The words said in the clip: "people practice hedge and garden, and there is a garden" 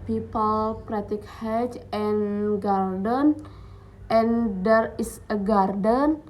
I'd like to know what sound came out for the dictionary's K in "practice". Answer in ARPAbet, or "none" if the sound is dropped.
none